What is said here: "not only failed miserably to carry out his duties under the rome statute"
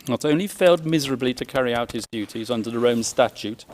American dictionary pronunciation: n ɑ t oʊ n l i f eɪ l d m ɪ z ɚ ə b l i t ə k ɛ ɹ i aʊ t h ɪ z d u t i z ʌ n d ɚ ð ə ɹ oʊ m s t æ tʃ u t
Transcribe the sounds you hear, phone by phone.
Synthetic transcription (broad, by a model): n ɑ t oʊ n l i f eɪ l d m ɪ z ɚ ə b l i t ə k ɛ ɹ i aʊ t h ɪ z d u t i z ʌ n d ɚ ð ə ɹ oʊ m s t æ tʃ u t